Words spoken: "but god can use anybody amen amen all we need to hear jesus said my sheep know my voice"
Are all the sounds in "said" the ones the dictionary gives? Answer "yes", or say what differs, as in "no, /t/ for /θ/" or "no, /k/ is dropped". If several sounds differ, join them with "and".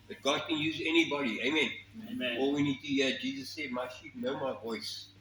yes